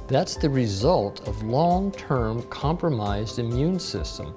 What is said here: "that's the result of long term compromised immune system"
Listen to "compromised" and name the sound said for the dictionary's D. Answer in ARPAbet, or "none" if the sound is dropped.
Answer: D